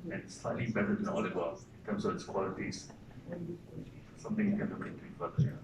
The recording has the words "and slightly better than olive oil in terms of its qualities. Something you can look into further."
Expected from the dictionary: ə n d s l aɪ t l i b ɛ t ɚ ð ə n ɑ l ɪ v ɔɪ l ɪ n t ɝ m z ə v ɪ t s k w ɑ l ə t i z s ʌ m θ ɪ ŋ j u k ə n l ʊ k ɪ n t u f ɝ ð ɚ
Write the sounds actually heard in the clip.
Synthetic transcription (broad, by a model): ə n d s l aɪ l i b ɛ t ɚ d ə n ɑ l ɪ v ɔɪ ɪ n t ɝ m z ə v ɪ t s k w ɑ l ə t i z s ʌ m t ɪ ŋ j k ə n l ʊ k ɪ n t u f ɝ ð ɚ